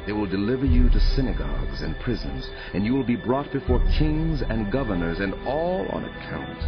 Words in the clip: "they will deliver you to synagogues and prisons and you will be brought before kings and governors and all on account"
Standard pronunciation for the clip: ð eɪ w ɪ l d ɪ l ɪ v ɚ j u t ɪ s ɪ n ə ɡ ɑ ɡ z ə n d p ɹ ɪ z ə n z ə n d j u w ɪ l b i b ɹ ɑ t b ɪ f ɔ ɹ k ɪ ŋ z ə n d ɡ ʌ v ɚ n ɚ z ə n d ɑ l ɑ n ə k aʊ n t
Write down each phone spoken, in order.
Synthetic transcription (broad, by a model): ð eɪ w ɪ l d ɪ l ɪ v ɚ j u t ɪ s ɪ n ə ɡ ɑ ɡ z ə n p ɹ ɪ z ə n z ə n j u w ɪ l b i b ɹ ɑ t b ɪ f ɔ ɹ k ɪ ŋ z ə n ɡ ʌ v ɚ n ɚ z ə n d ɑ l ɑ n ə k aʊ n t